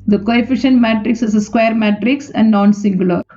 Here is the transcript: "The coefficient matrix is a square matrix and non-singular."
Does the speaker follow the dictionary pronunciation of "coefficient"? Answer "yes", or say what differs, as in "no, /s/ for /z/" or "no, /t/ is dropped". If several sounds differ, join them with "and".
yes